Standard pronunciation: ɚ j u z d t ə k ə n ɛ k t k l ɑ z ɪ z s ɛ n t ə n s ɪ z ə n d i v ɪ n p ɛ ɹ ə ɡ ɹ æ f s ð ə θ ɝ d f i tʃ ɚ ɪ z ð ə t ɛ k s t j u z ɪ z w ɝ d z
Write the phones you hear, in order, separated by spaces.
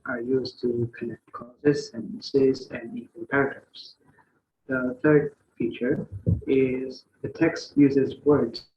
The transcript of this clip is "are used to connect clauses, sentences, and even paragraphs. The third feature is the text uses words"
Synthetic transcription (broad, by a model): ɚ j u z t ə k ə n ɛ k t k ɑ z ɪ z s ɛ n t ə n s ɪ z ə n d i w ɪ l p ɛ ɹ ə ɡ ɹ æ f s ð ə θ ɝ d f i tʃ ɚ ɪ z ð ə t ɛ k s t j u z ɪ z w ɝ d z